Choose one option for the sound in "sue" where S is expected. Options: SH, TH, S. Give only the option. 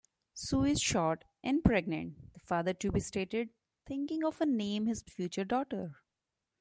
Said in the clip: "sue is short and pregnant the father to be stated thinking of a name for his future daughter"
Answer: S